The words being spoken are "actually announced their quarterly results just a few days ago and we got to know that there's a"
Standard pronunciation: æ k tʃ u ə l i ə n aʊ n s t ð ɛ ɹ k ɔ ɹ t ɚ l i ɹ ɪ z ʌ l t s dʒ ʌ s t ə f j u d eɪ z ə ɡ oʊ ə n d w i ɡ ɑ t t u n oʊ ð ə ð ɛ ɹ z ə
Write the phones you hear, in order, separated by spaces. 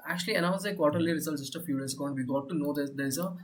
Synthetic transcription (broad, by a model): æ k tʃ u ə l i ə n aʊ n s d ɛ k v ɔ ɹ t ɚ l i ɹ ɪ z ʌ l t dʒ ʌ s t ə f j u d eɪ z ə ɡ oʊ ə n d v i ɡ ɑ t t u n oʊ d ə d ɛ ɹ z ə